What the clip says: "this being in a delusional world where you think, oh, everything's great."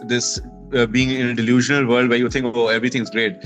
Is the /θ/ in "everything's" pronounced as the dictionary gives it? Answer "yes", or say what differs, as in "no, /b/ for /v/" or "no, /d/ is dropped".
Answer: no, /t/ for /θ/